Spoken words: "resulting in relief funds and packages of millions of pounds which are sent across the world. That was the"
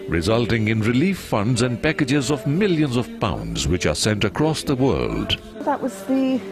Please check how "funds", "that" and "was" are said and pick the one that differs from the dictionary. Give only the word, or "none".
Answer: none